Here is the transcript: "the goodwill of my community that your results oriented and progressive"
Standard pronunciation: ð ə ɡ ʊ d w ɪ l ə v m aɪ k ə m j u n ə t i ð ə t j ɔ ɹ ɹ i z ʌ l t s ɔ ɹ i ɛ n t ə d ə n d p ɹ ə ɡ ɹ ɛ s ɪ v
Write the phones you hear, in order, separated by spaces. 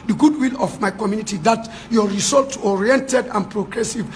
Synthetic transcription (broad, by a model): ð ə ɡ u d w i l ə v m aɪ k ə m j u n ə t i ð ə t j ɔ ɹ ɹ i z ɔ l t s ɔ ɹ i ɛ n t ə d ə n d p ɹ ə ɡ ɹ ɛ s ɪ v